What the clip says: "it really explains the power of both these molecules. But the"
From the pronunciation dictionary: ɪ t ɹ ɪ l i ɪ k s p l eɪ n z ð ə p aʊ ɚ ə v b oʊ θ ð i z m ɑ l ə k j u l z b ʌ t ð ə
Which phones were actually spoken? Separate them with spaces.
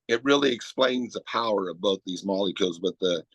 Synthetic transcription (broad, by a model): ɪ t ɹ ɪ l i ɪ k s p l eɪ n z ð ə p aʊ ɚ ə v b oʊ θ ð i z m ɑ l ə k j u l z b ʌ t ð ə